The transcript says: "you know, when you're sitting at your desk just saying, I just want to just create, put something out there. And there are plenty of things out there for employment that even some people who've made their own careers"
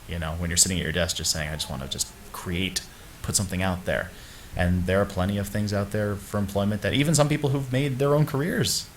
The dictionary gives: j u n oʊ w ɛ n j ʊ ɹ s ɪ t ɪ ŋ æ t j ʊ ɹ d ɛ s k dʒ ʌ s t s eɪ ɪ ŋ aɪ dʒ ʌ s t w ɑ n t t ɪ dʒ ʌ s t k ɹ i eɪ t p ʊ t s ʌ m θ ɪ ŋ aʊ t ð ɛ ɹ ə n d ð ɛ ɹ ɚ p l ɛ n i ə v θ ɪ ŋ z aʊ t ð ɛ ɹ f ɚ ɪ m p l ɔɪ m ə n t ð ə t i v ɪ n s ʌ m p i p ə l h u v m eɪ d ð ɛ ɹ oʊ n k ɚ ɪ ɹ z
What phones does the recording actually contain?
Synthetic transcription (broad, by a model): j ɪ n oʊ w n j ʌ ɹ s ɪ t ɪ ŋ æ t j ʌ ɹ d ɛ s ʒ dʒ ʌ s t s eɪ ɪ ŋ aɪ dʒ ʌ s t w ɑ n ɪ dʒ ʌ s k ɹ i eɪ t p ʊ t s ʌ m θ ɪ ŋ aʊ t ð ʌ ɹ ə n ð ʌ ɹ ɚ p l ɛ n i ə v θ ɪ ŋ z aʊ t ð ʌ ɹ f ɚ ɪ m p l ɔɪ m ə n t ð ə t i v ɪ n s ʌ m p i p l h u v m eɪ d ð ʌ ɹ oʊ n k ɚ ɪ ɹ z